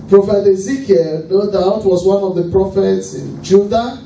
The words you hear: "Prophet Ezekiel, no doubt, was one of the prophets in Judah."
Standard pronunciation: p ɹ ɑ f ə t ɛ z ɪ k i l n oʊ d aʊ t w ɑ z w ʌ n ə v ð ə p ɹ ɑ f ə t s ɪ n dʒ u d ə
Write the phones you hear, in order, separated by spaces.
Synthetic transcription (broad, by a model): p ɹ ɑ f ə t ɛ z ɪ k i l n oʊ d aʊ t w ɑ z w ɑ n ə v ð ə p ɹ ɑ f ə t s ɪ n dʒ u d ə